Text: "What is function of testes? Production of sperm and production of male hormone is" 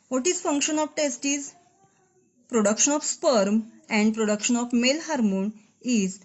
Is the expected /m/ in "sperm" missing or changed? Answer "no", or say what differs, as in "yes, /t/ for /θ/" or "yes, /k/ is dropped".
no